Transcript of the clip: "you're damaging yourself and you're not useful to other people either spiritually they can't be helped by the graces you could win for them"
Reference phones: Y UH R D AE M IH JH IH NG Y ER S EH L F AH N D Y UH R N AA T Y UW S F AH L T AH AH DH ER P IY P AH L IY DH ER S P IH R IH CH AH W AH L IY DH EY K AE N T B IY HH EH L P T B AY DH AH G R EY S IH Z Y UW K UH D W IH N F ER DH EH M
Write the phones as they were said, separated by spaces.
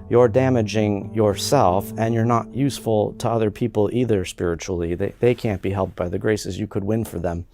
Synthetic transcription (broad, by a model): Y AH R D AE M IH JH IH NG Y ER S EH L F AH N Y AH R N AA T Y UW S F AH L T AH AH DH ER P IY P L IY DH ER S P IH R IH CH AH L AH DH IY DH EY K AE N B IY HH EH L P B AY DH AH G R EY S IH Z Y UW K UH D W IH N F ER DH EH M